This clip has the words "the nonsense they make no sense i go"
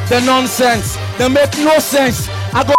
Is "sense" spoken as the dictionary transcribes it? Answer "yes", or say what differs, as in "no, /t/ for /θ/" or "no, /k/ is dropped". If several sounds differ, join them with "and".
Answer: yes